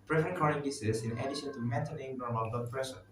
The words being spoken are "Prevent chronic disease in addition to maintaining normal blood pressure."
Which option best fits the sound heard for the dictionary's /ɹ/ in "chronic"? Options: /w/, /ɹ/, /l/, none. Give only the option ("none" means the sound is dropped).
none